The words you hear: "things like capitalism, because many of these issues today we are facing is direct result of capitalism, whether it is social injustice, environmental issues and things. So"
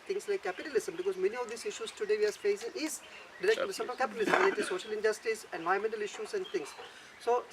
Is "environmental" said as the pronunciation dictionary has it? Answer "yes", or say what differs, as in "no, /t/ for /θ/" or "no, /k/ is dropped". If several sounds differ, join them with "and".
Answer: no, /ɹ/ is dropped